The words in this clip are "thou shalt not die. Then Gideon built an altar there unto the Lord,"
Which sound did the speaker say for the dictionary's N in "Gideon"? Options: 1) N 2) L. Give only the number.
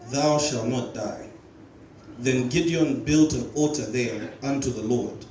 1